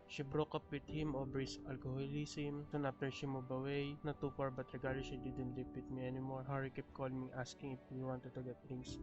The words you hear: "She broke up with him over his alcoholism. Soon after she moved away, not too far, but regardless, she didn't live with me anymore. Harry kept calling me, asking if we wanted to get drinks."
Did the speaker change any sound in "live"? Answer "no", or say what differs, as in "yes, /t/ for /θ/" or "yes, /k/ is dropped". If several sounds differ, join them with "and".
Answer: yes, /p/ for /v/